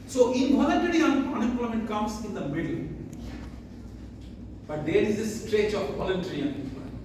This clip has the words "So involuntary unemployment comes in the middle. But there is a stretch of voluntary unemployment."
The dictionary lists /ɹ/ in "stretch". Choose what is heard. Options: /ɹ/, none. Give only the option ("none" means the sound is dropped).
/ɹ/